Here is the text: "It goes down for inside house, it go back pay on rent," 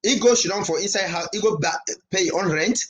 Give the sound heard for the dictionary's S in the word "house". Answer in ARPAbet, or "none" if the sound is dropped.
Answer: none